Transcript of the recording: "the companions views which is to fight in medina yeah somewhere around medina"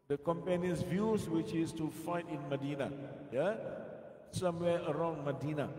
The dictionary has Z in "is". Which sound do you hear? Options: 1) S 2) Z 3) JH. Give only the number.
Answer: 1